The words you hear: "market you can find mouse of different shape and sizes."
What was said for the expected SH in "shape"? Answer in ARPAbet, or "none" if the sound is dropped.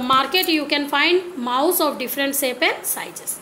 S